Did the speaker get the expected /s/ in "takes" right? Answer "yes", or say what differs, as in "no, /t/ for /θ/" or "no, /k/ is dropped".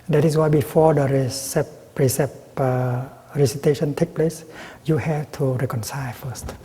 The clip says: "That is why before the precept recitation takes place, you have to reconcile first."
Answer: no, /s/ is dropped